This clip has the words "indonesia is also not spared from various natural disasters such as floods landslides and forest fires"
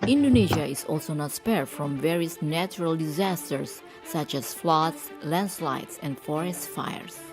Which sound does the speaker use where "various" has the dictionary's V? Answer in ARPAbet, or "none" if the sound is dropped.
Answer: V